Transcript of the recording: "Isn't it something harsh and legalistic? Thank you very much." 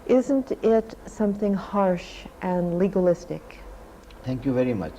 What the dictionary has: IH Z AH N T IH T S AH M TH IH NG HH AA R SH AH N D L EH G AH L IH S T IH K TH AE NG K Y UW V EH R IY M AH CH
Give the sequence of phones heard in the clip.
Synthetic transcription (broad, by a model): IH Z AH N T IH T S AH M TH IH NG HH AA R SH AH N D L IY G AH L IH S T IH K T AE NG K Y UW V EH R IY M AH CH